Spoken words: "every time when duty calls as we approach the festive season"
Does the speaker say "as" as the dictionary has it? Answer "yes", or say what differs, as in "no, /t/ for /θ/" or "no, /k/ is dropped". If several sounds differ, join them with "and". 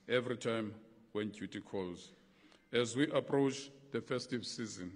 yes